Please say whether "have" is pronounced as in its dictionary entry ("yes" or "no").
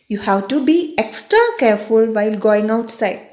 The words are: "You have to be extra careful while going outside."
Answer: no